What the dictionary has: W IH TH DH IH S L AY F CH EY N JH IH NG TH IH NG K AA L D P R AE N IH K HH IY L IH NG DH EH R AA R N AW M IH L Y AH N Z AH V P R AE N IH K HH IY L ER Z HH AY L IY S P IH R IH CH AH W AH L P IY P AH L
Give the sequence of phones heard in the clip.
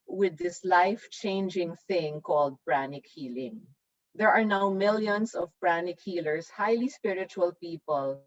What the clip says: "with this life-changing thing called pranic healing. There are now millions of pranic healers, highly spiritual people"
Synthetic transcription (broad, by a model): W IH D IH S L AY F CH EY N JH IH NG TH IH NG K AA L D P R AE N IH K HH IY L IH NG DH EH R AA R N AW M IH L Y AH N S AH V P R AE N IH K HH IY L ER S HH AY L IY S P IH R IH CH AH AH L P IY P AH L